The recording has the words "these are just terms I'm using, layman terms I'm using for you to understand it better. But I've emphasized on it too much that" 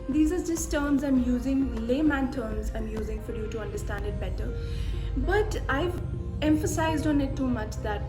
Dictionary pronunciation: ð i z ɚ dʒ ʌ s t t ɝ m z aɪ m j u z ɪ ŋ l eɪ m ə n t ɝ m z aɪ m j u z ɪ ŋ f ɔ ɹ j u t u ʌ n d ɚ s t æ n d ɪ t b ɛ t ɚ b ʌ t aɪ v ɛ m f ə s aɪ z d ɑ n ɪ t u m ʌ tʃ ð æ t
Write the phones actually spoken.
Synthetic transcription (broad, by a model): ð i z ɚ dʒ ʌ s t t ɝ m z aɪ m j u z ɪ ŋ l eɪ m ə n t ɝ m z aɪ m j u z ɪ ŋ f ɔ ɹ j u t u ʌ n d ɚ s t æ n d ɪ t b ɛ t ɚ b ʌ t aɪ v ɛ m f ə s aɪ z d ɑ n ɪ t u m ʌ tʃ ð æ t